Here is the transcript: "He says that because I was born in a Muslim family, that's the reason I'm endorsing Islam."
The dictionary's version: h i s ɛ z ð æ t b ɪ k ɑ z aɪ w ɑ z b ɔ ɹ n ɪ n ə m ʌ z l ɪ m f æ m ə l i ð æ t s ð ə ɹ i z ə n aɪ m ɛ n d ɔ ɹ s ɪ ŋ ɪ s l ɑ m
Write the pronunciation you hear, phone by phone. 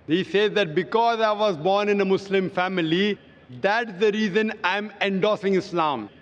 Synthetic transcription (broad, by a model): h i s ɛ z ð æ t b ɪ k ɑ z aɪ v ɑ z b ɔ ɹ n ɪ n ə m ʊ s l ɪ m f æ m ə l i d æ t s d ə ɹ i z ə n aɪ m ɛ n d ɔ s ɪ ŋ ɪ s l ɑ m